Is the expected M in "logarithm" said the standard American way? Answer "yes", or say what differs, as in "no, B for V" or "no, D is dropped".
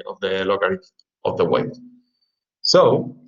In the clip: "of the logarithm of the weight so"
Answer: no, M is dropped